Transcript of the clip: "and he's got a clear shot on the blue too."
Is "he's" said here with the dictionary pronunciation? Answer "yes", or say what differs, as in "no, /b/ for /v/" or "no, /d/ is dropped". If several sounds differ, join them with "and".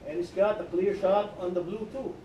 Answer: no, /s/ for /z/